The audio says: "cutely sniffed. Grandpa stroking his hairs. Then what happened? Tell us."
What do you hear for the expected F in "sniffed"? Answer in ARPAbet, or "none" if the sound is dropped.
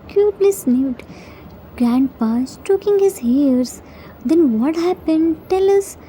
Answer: none